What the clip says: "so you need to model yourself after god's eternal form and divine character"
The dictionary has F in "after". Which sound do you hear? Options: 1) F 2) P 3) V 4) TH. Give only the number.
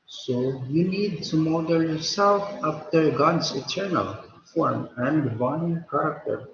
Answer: 2